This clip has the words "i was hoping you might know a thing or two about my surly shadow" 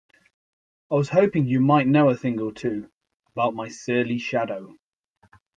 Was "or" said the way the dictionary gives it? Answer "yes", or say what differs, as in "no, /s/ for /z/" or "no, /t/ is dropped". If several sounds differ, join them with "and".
no, /l/ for /ɹ/